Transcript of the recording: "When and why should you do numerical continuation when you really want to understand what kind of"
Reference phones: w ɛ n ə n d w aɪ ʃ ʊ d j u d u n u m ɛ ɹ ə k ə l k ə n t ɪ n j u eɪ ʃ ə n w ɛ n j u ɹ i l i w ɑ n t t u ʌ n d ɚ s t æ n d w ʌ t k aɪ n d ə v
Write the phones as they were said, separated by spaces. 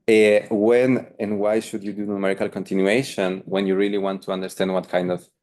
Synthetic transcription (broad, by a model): w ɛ n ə n w aɪ ʃ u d j u d u n u m ɛ ɹ ə k ə l k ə n t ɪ n j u eɪ ʃ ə n w ɛ n j u ɹ i l i w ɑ n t t u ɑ n d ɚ s t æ n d w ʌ t k aɪ n d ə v